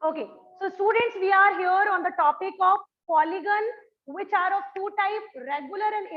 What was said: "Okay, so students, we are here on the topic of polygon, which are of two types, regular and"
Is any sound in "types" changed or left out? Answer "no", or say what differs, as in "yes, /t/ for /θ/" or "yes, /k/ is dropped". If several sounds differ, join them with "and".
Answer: yes, /s/ is dropped